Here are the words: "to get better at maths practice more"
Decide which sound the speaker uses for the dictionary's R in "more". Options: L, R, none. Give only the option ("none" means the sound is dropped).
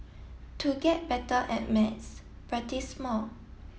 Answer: L